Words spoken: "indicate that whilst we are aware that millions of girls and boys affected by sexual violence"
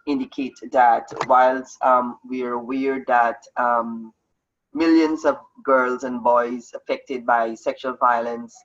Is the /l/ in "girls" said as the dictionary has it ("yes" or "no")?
yes